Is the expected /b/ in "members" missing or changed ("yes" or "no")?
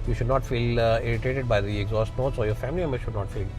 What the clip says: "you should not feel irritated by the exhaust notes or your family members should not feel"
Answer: yes